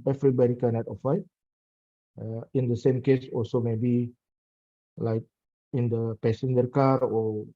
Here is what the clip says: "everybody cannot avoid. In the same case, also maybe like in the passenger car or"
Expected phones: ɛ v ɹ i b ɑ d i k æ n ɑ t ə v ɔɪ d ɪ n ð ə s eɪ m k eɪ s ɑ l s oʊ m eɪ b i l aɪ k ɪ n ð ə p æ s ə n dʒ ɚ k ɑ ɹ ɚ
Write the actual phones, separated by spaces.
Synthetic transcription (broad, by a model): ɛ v ɹ i b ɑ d i k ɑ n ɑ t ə f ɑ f ɪ n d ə s eɪ m k eɪ s ɑ l s oʊ m eɪ b i l aɪ k ɪ n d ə p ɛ s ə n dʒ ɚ k ɑ ɹ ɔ